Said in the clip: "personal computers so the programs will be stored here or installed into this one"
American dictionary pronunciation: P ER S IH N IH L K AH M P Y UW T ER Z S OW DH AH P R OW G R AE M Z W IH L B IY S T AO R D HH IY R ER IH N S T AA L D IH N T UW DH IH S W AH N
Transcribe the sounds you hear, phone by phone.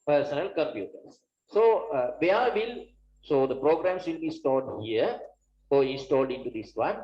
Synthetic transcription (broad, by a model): P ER S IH N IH L K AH M P Y UW T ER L S OW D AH P R OW G R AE M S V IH L B IY S T AO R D HH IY R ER IH N S T AA L D IH N T UW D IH S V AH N